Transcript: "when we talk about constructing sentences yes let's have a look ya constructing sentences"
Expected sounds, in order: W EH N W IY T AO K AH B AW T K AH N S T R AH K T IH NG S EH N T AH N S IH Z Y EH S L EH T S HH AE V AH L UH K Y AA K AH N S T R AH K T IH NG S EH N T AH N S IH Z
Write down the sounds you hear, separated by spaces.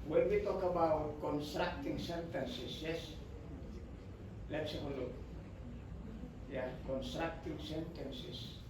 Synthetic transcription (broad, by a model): W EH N W IY T AO K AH B AW T K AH N S T R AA K T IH NG S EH N T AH N S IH S Y EH S L EH T S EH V AH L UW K Y AA K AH N S T R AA K T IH NG S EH N T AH N S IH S